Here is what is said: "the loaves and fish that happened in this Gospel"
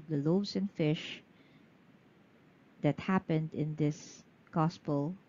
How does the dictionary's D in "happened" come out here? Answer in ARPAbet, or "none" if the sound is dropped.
D